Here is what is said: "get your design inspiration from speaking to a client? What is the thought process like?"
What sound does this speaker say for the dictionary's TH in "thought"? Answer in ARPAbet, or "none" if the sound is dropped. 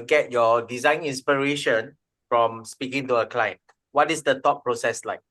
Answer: T